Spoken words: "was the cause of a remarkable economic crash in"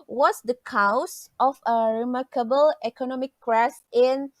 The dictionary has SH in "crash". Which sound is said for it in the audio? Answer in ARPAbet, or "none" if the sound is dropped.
S